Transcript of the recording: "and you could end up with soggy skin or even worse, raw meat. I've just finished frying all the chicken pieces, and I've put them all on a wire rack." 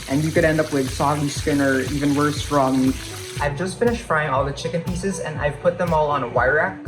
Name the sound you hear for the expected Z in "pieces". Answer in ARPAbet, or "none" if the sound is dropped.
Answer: Z